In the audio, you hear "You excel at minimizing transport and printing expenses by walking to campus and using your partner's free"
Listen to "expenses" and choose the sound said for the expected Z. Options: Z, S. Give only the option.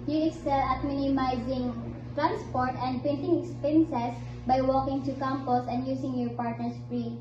S